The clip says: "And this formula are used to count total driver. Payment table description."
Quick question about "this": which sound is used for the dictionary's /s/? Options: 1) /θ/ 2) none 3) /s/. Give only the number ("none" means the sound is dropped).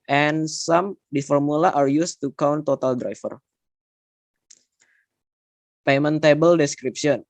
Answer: 2